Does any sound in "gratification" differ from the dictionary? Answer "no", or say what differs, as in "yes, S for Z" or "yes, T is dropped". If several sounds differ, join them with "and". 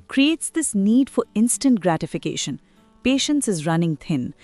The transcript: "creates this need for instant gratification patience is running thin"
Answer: no